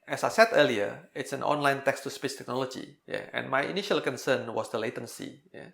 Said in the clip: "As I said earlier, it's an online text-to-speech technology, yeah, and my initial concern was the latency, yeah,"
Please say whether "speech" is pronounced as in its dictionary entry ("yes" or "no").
no